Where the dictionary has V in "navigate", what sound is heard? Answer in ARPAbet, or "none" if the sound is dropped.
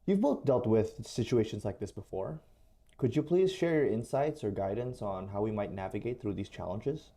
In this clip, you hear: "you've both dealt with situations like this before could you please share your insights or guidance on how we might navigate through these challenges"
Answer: V